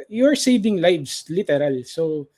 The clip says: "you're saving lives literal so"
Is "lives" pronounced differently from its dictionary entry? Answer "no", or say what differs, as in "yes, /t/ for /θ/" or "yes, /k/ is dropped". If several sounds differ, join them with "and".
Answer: yes, /s/ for /z/